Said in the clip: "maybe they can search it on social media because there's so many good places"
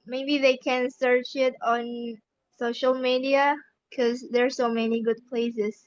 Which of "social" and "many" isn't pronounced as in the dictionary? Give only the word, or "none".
none